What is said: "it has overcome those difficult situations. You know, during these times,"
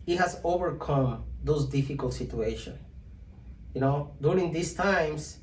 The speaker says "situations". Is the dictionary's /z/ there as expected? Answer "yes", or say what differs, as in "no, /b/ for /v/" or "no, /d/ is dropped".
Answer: no, /z/ is dropped